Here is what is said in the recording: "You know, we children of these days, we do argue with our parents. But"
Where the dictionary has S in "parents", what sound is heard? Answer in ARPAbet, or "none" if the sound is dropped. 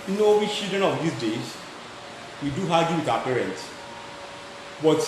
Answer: S